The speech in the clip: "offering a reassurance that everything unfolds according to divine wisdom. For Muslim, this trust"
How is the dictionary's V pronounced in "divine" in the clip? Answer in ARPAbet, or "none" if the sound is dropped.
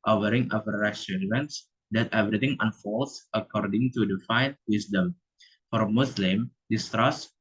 F